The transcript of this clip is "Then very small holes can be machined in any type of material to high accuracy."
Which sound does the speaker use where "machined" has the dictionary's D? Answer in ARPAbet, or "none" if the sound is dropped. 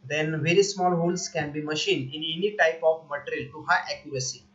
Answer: none